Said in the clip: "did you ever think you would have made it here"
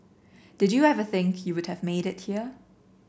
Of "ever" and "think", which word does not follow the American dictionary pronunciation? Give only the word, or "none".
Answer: none